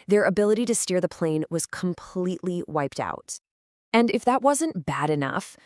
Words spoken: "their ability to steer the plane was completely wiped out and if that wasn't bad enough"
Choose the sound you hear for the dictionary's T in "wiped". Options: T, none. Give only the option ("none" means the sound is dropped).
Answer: T